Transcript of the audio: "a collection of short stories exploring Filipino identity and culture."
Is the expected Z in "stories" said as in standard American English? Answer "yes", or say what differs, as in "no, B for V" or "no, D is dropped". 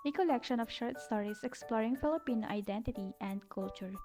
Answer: no, S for Z